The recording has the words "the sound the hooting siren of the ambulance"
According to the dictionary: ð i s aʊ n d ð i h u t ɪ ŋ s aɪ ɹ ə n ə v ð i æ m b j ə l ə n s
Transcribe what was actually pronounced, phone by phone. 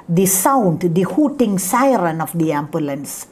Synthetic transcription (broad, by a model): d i s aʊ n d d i h u t ɪ ŋ s aɪ ɹ ə n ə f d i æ m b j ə l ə n s